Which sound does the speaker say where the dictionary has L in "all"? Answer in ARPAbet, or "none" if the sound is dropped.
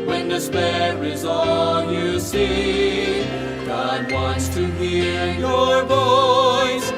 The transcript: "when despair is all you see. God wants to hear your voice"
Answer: N